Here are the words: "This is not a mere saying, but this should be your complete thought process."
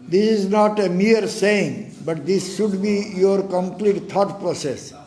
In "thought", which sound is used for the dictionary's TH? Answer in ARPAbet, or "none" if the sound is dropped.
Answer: T